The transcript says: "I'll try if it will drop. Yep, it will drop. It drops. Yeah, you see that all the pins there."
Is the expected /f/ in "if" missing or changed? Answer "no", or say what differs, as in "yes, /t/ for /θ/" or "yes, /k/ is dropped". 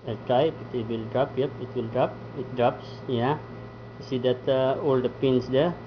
yes, /p/ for /f/